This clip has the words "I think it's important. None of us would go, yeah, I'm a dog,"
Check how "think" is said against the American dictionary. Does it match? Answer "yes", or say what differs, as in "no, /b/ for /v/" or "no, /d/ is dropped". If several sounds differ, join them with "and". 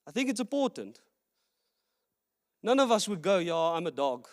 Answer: yes